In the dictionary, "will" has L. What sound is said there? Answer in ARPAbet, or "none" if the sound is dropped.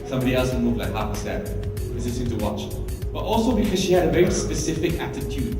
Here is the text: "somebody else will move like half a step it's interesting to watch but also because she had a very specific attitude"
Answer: N